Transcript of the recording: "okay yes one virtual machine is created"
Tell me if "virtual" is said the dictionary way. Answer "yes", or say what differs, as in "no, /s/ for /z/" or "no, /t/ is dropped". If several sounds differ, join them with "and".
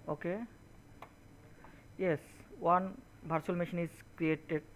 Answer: no, /b/ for /v/